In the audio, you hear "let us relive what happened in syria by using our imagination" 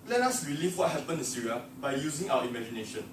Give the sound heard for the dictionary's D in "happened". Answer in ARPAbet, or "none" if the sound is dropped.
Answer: none